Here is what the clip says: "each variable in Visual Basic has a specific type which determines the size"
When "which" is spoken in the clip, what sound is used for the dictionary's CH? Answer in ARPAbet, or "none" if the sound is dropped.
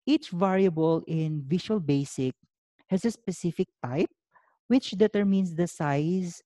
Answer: CH